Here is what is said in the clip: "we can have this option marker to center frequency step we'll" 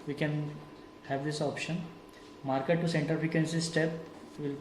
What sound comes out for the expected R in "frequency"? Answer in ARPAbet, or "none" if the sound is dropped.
none